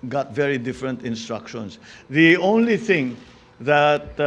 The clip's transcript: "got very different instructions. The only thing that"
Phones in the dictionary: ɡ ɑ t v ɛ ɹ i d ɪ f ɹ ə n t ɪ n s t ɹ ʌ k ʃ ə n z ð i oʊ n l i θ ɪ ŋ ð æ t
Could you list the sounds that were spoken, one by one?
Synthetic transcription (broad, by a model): ɡ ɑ t v ɛ ɹ i d ɪ f ɹ ə n t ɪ n s t ɹ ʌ k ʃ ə n s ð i oʊ n l i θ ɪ ŋ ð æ t